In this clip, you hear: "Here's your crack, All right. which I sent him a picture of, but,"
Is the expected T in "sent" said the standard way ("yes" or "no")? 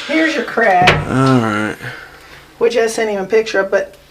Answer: no